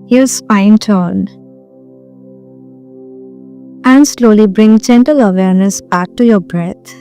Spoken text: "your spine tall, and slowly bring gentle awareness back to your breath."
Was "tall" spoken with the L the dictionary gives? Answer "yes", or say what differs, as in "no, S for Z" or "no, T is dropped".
no, N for L